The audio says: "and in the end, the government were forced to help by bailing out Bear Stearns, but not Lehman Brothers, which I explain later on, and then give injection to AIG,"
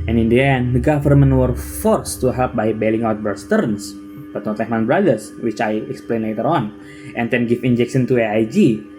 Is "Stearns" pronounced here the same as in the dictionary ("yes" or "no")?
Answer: no